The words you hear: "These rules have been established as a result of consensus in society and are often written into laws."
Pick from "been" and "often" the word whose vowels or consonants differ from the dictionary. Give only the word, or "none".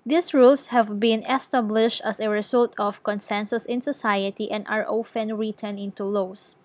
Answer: none